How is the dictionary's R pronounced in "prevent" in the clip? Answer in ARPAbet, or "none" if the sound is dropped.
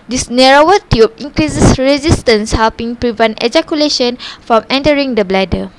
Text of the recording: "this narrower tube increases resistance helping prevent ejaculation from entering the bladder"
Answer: R